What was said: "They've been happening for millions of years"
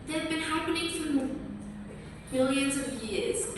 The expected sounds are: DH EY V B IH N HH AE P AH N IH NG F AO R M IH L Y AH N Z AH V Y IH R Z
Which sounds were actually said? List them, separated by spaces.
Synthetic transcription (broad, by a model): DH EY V B IH N HH AE P AH N IH NG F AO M M IH L Y AH N Z AH V Y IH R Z